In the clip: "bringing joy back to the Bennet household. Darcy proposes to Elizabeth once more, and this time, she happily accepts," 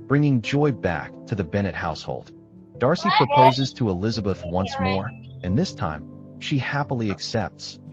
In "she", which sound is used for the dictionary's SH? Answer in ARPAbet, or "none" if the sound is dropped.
SH